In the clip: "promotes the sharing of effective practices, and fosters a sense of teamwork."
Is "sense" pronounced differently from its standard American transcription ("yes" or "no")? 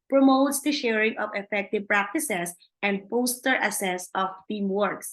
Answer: yes